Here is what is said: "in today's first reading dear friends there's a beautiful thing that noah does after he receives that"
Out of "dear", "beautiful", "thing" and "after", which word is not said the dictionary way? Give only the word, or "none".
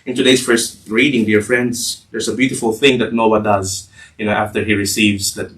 none